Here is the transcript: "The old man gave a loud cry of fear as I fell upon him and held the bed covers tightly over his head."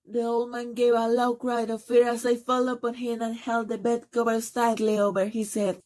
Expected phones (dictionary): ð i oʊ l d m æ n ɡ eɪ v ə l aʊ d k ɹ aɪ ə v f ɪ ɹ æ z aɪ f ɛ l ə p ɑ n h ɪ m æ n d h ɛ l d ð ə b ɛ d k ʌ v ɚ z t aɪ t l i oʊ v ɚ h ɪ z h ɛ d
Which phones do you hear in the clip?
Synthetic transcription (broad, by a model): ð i oʊ l d m æ n ɡ eɪ v ə l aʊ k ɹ aɪ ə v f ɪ ɹ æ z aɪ f ɛ l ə p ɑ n h ɪ m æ n h ɛ l d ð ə b ɛ d k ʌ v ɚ s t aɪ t l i oʊ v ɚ h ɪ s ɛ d